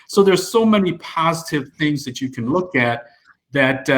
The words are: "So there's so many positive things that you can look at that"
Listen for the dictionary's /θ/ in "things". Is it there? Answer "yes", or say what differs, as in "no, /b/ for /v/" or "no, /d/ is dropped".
yes